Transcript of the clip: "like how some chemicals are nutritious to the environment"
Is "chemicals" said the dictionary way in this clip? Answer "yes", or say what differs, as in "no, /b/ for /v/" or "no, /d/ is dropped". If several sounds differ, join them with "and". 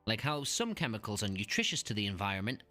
yes